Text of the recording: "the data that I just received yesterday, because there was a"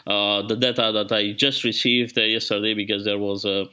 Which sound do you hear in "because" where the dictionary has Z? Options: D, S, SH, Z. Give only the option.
Z